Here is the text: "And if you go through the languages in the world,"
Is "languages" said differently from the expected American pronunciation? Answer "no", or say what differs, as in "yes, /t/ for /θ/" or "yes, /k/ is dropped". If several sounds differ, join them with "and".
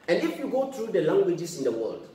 yes, /s/ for /z/